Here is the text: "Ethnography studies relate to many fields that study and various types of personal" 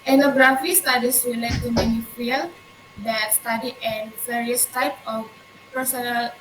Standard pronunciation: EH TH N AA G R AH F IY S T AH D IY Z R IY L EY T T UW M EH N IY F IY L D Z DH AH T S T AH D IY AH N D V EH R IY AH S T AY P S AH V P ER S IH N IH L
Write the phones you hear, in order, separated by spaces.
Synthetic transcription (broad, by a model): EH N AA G R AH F IY S T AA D IY S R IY L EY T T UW M EH N IY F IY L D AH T S T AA D IY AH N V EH R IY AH S T AY P AH F P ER S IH N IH L